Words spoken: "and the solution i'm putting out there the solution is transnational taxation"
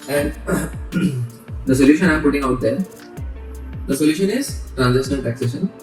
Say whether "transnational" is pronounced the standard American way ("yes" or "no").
no